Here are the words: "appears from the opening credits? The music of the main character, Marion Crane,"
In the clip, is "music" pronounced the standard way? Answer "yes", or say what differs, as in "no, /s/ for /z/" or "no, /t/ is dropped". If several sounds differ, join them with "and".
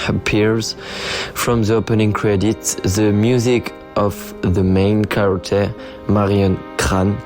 yes